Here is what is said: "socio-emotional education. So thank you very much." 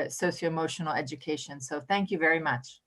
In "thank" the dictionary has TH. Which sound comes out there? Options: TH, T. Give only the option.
TH